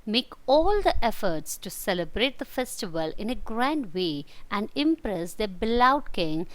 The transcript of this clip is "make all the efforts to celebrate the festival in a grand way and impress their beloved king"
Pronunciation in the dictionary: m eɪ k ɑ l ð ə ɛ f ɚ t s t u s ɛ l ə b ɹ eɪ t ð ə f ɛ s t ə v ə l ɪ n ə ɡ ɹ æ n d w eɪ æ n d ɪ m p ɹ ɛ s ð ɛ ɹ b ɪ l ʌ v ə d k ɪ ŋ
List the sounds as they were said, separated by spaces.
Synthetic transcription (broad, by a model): m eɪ k ɑ l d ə ɛ f ɚ t s t u s ɛ l ə b ɹ eɪ t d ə f ɛ s t ə v ə l ɪ n ə ɡ ɹ æ n d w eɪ æ n d ɪ m p ɹ ɛ s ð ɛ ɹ b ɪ l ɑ ə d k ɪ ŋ